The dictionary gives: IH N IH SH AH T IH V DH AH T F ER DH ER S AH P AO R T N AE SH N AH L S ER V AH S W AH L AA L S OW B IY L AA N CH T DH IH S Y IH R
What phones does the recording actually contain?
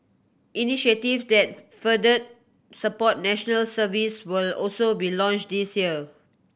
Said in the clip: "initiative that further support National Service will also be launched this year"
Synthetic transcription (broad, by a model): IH N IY SH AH T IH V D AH T F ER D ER S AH P AO T N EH SH N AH L S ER V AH S W AH L AA L S OW B IY L AA N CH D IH S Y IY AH